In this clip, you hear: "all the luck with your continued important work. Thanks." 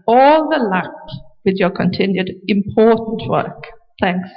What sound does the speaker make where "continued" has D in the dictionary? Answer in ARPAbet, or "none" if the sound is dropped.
D